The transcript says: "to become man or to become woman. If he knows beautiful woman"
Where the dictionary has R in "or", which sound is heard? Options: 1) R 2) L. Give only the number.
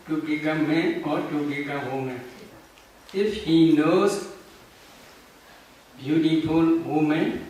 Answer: 1